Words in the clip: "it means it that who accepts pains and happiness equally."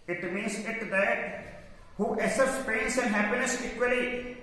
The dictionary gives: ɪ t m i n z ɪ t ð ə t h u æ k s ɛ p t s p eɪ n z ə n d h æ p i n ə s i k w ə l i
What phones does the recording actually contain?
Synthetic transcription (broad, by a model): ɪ t m i n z ɪ t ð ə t h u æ s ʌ t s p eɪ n s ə n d h æ p i n ə s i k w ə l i